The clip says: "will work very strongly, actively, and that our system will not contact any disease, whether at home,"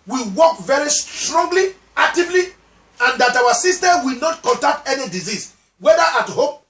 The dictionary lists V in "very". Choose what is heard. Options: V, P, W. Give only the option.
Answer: V